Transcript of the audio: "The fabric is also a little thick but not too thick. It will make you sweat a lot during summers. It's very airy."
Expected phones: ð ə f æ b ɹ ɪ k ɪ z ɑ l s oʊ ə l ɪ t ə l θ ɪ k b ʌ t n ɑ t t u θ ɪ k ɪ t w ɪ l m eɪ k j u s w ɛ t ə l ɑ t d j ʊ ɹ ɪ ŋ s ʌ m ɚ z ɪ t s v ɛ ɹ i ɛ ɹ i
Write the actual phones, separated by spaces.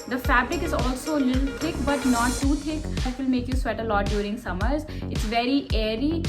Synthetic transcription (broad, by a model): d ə f æ b ɹ ɪ k ɪ z ɑ l s oʊ ə l ɪ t l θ ɪ k b ʌ t n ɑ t t u t ɪ k ɪ t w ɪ l m eɪ k j u s w ɛ t ə l ɑ t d j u ɹ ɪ ŋ s ʌ m ɚ z ɪ t s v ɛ ɹ i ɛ ɹ i